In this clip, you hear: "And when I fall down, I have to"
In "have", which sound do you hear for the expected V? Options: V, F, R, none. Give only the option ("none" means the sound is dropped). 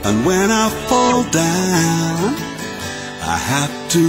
F